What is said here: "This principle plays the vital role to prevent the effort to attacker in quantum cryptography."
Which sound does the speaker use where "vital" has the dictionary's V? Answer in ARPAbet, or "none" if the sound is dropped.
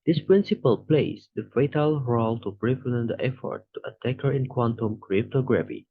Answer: F